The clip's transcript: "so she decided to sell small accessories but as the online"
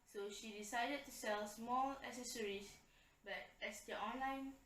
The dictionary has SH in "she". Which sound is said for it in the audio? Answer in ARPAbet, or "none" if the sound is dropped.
SH